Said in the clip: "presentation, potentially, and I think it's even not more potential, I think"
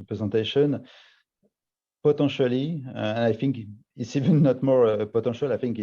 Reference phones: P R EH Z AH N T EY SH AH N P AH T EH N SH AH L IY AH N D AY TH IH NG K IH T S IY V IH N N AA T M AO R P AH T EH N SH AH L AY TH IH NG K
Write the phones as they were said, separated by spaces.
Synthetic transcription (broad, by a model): P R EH Z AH T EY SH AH N P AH T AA SH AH L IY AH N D AY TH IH NG K IH T S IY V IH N N AA T M AO R P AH T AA SH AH L AY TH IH NG K